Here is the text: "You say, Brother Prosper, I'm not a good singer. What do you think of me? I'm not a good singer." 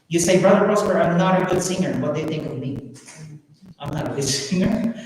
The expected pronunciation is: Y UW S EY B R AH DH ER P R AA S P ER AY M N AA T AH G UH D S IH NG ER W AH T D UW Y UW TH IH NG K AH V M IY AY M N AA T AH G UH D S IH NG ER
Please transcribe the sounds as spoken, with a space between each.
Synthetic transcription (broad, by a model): Y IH S EY B R AH DH ER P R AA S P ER AY M N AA T AH G UH D S IH NG ER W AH T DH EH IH TH IH NG K AH V M IY AY M N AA T AH G UH D S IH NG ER